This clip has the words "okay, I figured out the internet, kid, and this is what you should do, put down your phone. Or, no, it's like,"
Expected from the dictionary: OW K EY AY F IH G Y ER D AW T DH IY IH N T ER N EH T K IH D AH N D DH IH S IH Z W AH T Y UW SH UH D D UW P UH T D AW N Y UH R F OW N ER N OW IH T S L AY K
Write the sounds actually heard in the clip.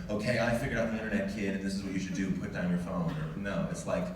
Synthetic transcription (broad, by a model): OW K EY AY F IH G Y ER AW T DH IY IH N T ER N EH T K IH D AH N DH IH S IH Z W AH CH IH SH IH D D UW P UH T D AW N Y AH R F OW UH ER N OW IH T S L AY K